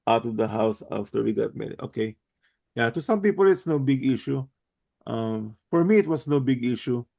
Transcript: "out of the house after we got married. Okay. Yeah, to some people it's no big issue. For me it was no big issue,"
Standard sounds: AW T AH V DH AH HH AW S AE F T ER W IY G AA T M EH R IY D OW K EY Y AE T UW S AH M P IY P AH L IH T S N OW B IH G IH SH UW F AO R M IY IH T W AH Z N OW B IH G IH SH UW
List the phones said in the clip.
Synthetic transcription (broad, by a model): AW T AH V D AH HH AW S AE F T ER W IY G AA T M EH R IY OW K EY Y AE T UW S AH M P IY P AH L IH T S N OW B IH G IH SH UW F AO R M IY IH T W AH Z N OW B IH G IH SH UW